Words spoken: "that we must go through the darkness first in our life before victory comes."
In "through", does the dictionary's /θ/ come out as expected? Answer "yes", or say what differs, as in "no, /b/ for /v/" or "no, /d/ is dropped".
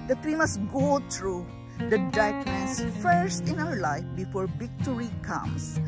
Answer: no, /t/ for /θ/